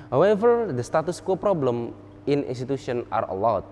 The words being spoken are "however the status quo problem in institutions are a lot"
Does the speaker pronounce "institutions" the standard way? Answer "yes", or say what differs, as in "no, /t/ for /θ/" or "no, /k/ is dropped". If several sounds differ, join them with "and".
no, /z/ is dropped